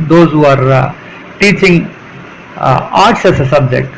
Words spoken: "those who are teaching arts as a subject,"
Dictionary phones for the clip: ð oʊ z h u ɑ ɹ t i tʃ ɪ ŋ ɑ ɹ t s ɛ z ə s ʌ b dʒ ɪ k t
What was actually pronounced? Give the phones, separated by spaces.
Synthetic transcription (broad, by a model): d oʊ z h u ɑ ɹ t i tʃ ɪ ŋ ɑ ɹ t s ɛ s ə s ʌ b dʒ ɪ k t